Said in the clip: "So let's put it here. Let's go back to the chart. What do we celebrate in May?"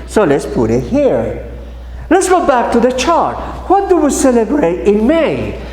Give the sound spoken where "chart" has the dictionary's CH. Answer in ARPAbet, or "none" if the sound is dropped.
CH